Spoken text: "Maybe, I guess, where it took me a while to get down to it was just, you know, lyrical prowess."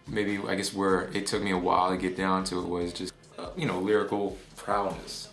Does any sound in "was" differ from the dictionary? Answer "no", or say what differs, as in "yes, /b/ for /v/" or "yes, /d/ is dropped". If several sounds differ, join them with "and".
no